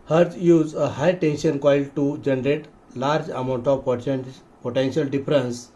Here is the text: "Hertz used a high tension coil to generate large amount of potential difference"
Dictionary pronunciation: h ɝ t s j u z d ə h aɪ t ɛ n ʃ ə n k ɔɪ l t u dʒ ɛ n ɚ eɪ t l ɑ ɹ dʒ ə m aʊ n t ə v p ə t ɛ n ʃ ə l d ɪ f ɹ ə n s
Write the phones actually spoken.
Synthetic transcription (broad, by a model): h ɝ t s j u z ə h aɪ t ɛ n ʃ ə n k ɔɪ l t u dʒ ɛ n ɚ eɪ t l ɑ ɹ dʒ ə m aʊ n t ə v p ə t ɛ n ʃ ə l d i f ɹ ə n s